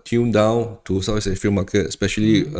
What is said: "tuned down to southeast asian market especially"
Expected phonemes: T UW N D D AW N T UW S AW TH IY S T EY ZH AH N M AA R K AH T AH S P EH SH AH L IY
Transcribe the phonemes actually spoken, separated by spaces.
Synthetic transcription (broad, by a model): T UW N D D AW N T UW S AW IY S EY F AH L M AA K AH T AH S P EH SH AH L IY